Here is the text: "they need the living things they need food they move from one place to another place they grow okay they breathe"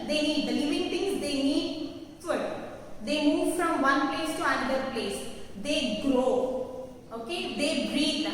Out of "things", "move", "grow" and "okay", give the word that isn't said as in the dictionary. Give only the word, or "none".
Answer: things